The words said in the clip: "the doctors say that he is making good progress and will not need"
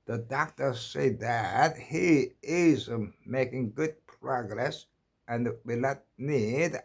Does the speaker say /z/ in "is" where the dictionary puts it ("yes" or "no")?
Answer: yes